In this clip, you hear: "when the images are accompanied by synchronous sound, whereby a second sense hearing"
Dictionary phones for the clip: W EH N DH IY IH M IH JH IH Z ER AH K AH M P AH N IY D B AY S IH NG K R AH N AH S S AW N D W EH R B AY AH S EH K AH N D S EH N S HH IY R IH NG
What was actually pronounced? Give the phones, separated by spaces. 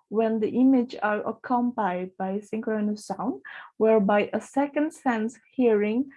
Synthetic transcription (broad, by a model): W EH N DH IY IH M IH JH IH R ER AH K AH M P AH IY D B AY S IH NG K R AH N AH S S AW N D W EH R B AY AH S EH K AH N D S EH N S HH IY R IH NG